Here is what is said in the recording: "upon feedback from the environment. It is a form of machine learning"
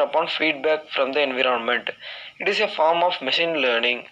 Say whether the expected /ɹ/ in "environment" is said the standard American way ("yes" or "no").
yes